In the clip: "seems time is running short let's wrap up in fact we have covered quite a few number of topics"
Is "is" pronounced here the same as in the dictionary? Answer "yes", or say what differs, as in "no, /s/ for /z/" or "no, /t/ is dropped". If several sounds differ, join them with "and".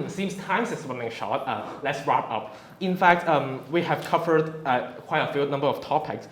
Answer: no, /s/ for /z/